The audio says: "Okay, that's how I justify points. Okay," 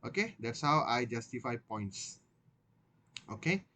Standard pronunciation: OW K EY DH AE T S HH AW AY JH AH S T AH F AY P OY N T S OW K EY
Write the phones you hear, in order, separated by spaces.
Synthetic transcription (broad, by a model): OW K EY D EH T S HH AW AY JH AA S T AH F AY P OY N T S OW K EY